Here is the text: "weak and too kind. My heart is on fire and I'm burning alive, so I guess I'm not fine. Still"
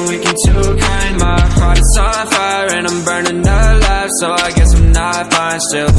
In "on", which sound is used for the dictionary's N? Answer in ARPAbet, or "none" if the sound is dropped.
L